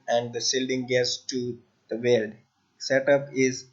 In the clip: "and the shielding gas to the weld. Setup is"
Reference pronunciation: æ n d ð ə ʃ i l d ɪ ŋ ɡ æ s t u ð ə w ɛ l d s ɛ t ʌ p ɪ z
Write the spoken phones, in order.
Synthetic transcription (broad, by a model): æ n d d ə s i l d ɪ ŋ ɡ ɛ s t u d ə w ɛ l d s ɛ t ʌ p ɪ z